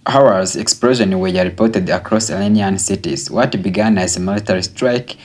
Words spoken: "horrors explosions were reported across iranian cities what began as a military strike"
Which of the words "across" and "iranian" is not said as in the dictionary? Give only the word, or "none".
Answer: iranian